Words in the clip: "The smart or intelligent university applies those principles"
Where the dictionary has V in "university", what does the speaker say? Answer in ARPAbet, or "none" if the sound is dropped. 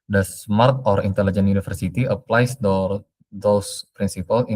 F